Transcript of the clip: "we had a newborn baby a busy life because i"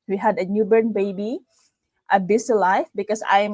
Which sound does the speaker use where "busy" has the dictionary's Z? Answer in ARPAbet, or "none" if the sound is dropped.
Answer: S